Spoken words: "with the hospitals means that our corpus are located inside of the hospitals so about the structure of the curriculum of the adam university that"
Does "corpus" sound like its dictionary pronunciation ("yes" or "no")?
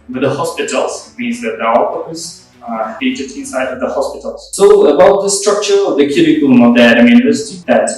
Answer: no